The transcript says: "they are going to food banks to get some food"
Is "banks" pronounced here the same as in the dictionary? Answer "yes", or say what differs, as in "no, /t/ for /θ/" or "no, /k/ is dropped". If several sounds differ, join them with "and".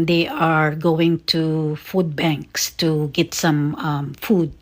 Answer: yes